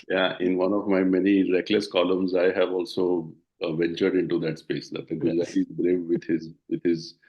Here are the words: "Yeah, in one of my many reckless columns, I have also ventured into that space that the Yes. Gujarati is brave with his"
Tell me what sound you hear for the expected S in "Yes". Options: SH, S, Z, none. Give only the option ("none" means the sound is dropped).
none